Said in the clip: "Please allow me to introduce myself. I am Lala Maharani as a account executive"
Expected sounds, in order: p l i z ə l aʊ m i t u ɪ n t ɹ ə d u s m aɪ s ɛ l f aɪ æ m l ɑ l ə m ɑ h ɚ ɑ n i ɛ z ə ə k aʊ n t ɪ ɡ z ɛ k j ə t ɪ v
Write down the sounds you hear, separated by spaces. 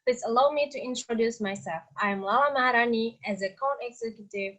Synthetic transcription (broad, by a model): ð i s ə l aʊ m i t u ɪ n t ɹ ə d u s m aɪ s ɛ l f aɪ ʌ m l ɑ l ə m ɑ h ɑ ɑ n i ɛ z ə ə k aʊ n ɪ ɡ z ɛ k j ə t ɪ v